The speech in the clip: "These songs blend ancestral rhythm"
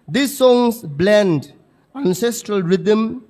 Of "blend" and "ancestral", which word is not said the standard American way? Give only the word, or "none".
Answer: none